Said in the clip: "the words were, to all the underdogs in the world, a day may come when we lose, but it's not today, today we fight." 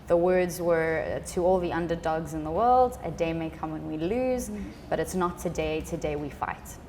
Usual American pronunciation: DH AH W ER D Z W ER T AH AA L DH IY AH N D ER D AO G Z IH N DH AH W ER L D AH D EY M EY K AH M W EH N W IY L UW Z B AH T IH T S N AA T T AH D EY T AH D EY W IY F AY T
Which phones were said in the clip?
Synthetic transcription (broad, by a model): DH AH W ER D Z W ER T AH AA L DH IY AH N D ER D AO G Z IH N DH AH W ER L D AH D EY M EY K AH M W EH N W IY L UW Z B AH T IH T S N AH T T AH D EY T AH D EY W IY F AY T